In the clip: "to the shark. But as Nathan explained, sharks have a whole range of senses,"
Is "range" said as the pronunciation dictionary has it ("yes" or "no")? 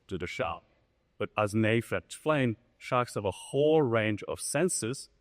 yes